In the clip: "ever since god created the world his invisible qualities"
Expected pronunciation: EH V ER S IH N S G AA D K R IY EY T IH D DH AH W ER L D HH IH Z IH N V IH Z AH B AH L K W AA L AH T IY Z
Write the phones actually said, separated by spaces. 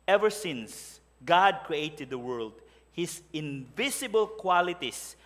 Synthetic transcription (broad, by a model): EH V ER S IH N S G AA D K R IY EY T IH D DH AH W ER L D HH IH S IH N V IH S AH B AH L K W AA L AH T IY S